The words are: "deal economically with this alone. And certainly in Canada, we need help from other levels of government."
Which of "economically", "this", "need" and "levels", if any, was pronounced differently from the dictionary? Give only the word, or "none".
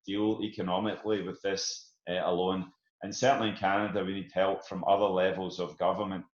none